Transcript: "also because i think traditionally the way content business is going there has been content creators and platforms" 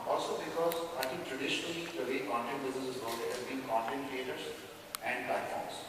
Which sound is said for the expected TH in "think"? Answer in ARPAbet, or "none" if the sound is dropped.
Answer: T